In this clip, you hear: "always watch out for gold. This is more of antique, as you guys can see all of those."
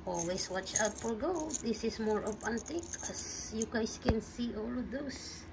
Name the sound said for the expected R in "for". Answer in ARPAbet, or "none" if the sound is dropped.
L